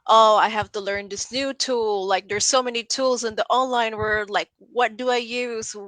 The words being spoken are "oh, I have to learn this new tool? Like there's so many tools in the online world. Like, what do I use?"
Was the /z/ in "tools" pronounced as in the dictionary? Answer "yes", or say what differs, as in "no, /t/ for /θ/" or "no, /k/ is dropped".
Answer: yes